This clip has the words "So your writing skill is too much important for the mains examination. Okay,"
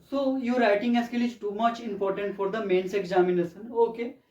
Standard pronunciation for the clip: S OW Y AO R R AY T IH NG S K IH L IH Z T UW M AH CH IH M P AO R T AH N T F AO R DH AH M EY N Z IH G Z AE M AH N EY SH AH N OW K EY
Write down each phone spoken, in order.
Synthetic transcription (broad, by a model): S OW Y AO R R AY T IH NG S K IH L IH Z T UW M AH CH IH M P AO R T AH N T F AO R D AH M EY N S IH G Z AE M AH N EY S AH N OW K EY